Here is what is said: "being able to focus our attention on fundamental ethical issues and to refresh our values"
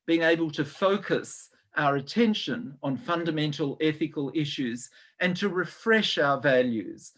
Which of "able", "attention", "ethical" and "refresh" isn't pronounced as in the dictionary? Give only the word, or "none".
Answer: none